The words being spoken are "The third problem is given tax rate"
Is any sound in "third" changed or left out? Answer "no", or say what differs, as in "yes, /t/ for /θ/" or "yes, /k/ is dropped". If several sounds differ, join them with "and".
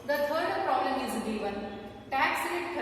yes, /t/ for /θ/